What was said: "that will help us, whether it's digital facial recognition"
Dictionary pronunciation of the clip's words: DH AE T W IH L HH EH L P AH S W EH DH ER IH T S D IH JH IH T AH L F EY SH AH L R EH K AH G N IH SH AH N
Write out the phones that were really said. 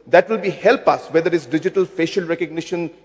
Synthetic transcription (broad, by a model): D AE T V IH L HH EH L P AH S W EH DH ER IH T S D IH JH IH T AH L F EY SH AH L R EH K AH G N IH SH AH N